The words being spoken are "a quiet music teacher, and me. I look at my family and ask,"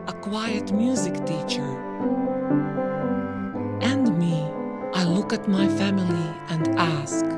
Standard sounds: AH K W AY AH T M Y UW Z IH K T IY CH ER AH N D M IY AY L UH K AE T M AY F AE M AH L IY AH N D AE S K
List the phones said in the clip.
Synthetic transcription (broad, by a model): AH K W AY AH T M Y UW Z IH K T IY CH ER AH N D M IY AY L UH K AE T M AY F AE M AH L IY AH N D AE S K